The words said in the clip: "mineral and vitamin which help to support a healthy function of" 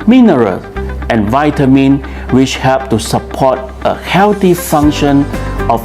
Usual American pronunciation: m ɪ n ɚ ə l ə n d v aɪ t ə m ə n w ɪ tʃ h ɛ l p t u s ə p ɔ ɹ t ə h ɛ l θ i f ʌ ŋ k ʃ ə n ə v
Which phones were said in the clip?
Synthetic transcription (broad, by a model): m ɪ n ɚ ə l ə n v aɪ t ə m ə n w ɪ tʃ h ɛ l p t u s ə p ɔ t ə h ɛ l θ i f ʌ ŋ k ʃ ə n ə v